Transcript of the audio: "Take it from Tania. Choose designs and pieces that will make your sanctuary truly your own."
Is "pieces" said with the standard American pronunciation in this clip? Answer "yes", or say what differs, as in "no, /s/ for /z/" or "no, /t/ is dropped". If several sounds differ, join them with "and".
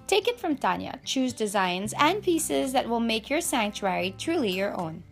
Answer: yes